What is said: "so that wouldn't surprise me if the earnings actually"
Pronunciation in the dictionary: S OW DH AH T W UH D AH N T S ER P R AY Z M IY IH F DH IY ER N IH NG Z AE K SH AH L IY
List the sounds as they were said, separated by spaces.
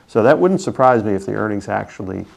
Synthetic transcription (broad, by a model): S OW DH AH T W UH D N T S ER P R AY Z M IY IH F DH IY ER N IH NG Z AE K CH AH L IY